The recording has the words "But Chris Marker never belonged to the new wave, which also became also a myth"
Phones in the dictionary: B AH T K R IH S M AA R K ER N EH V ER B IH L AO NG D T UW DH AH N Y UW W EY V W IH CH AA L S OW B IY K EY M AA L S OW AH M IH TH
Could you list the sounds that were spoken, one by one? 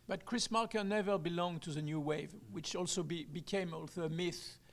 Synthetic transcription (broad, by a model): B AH T K R IH S M AA R K ER N EH V ER B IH L AO NG T UW DH AH N Y UW W EY V W IH CH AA L S OW B IY K EY M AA L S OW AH M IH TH